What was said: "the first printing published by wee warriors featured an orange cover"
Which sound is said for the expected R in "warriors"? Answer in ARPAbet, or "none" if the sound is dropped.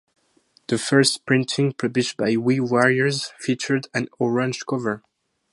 R